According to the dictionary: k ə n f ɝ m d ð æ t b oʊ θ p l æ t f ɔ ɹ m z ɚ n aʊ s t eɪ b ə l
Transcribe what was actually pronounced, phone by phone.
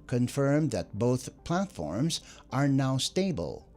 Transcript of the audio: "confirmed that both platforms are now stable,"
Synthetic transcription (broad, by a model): k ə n f ɝ m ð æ t b oʊ θ p l æ t f ɔ ɹ m z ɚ n aʊ s t eɪ b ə l